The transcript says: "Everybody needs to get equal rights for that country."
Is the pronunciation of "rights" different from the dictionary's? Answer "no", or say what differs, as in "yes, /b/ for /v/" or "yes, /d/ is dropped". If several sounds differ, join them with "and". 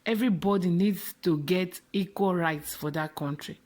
no